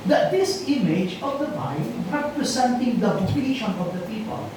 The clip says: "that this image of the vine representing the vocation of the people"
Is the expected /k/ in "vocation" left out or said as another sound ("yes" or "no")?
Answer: yes